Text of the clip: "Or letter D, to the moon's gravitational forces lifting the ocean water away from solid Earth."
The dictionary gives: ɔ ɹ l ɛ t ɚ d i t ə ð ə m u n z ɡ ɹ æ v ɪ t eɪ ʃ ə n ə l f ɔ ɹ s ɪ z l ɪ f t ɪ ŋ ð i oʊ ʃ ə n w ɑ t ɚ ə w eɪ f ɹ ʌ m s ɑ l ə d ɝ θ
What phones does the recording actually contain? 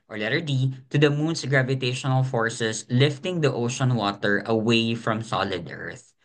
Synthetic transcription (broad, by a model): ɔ ɹ l ɛ t ɚ d i t ə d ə m u n s ɡ ɹ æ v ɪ t eɪ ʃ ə n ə l f ɔ ɹ s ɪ s l ɪ f t ɪ ŋ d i oʊ ʃ ə n w ɑ t ɚ ə w eɪ f ɹ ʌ m s ɑ l ə d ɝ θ